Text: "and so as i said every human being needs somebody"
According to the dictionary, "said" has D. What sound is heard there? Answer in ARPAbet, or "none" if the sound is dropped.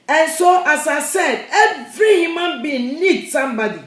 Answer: D